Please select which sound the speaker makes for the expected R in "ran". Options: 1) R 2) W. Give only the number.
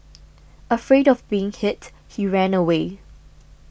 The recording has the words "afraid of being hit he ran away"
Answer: 1